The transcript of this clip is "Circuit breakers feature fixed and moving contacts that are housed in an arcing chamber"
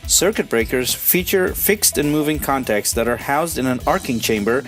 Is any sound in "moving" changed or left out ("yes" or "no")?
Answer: no